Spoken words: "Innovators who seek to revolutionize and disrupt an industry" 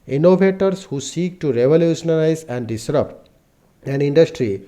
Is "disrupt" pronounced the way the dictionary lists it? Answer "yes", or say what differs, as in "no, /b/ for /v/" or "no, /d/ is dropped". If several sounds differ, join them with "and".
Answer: no, /t/ is dropped